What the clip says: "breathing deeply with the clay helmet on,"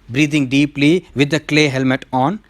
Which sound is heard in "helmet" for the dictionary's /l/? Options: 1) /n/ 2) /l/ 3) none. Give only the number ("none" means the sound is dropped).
2